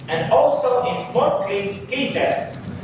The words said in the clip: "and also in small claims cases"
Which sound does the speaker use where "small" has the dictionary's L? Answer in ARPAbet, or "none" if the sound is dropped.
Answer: N